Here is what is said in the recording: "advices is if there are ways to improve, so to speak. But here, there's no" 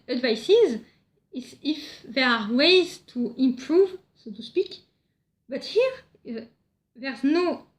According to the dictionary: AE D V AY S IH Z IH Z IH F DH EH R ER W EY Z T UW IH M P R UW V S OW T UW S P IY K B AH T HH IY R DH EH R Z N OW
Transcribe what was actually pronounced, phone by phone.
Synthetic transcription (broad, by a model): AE D V AY S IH Z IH IH F DH EH R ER W EY Z T UW IH M P R UW V S OW T UW S P IY K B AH T HH IY R DH EH R Z N OW